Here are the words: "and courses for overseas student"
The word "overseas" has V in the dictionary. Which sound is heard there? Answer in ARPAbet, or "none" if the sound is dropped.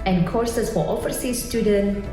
F